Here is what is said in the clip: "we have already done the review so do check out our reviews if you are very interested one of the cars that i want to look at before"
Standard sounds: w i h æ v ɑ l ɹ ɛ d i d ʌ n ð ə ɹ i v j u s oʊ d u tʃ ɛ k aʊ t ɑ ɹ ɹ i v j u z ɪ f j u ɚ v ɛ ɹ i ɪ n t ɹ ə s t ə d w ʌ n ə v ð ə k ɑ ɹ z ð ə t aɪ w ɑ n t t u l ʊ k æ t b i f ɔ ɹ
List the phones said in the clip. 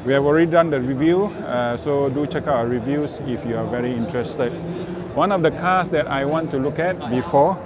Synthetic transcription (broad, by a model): w i h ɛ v ɑ l ɹ ɛ d i d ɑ n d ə ɹ i v j u s oʊ d u tʃ ɛ k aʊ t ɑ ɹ ɹ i v j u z ɪ f j u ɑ v ɛ ɹ i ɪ n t ɹ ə s t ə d w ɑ n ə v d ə k ɑ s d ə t aɪ w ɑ n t t u l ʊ k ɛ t b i f ɔ